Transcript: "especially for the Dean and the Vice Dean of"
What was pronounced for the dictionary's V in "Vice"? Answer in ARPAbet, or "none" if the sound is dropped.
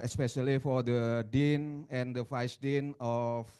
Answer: F